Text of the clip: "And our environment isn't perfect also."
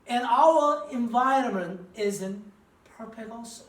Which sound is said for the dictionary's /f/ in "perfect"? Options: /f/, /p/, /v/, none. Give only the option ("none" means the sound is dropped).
/p/